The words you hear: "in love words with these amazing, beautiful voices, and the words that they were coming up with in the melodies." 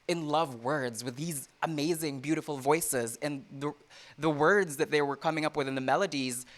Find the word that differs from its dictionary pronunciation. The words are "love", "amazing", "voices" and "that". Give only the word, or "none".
none